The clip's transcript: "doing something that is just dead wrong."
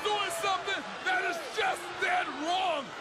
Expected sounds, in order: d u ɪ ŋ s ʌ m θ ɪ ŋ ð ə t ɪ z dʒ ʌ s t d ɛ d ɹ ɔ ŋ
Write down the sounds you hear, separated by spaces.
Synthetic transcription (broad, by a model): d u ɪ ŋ s ʌ m θ ɪ ŋ ð ə t ɪ z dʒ ʌ s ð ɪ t ɹ ɔ ŋ